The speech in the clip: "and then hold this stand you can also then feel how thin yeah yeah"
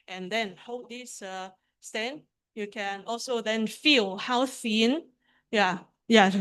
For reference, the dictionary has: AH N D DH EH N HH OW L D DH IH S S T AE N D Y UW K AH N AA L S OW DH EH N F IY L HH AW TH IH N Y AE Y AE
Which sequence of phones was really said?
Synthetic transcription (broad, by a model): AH N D EH N HH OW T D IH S S T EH N Y UW K AH N AA L S OW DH EH N F IY L HH AW S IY N Y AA Y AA